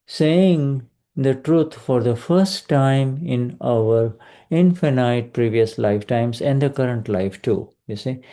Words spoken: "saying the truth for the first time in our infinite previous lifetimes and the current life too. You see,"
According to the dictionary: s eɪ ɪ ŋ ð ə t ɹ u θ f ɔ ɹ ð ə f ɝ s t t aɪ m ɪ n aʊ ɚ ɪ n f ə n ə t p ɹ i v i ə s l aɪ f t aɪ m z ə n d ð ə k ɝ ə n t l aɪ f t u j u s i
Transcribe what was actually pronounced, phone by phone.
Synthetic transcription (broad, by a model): s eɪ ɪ ŋ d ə t ɹ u t f ɔ ɹ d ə f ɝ s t t aɪ m ɪ n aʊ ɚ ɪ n f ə n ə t p ɹ i v i ə s l aɪ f t aɪ m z ə n d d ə k ɝ ə n t l aɪ f t u j u s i